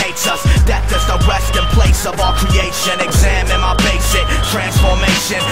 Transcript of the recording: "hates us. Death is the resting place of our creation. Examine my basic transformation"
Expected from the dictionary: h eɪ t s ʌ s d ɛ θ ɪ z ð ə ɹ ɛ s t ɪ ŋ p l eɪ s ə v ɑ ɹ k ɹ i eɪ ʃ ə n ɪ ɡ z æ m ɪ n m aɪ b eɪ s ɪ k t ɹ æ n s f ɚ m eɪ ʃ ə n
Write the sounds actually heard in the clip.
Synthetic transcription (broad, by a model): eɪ t s ʌ s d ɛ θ ɪ z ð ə w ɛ s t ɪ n p l eɪ s ə v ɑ k ɹ i eɪ ʃ ə n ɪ ɡ z æ m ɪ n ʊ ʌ b eɪ s ɪ k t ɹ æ n s f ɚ m eɪ ʃ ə n